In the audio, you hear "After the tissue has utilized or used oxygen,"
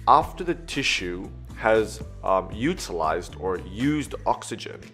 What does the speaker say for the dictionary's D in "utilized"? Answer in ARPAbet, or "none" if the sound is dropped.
D